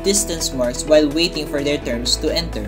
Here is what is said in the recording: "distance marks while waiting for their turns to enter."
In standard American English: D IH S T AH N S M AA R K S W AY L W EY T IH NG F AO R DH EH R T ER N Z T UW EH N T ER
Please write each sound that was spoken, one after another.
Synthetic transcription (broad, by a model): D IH S T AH N S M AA R S W AY L W EY T IH NG F AO R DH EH R T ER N S T UW EH N T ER